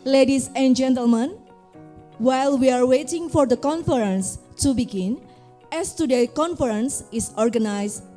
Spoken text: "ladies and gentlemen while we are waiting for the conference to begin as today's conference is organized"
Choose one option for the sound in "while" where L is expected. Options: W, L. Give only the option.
L